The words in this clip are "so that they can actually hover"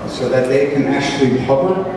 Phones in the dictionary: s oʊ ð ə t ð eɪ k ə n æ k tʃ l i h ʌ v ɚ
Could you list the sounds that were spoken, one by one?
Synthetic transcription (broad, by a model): s oʊ ð ə t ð eɪ k ə n æ k tʃ l i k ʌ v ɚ